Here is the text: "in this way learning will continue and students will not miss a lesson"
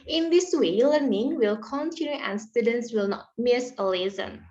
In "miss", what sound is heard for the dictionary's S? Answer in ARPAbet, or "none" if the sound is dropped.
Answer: S